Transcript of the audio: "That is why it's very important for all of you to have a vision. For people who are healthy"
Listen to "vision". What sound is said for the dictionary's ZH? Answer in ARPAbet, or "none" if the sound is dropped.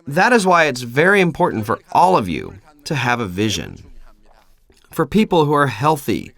ZH